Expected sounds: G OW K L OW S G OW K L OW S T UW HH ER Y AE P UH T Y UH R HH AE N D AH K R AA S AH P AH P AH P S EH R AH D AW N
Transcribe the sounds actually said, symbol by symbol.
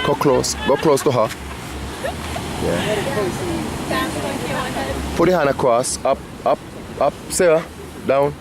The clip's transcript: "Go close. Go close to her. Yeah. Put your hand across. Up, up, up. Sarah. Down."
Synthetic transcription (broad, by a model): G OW K L OW S G OW K L OW S T UW HH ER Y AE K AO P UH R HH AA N AH K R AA S AH P AH P AH P S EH AH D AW N